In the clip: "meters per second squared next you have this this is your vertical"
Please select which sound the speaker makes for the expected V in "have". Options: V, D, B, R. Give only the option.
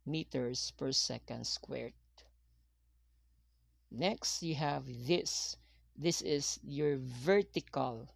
V